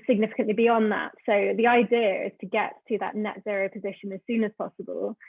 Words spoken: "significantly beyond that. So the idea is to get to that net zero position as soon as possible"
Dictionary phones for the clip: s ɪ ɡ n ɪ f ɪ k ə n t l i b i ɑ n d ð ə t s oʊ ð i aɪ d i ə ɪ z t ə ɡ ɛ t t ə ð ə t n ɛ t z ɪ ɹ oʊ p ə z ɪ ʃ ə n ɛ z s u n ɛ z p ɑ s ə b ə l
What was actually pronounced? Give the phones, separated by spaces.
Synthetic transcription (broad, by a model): s ɪ ɡ n ɪ f ɪ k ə n t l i b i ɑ n ð ə t s oʊ ð i aɪ d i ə ɪ z t ə ɡ ɛ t t ə ð ə t n ɛ t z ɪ ɹ oʊ p ə z ɪ ʃ ə n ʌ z s u n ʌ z p ɑ s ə b ə l